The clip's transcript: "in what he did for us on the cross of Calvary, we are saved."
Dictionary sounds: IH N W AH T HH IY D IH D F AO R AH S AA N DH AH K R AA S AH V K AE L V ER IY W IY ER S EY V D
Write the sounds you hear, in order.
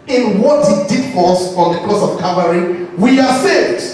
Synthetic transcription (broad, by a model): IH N W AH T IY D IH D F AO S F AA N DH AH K L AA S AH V K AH V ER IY W IY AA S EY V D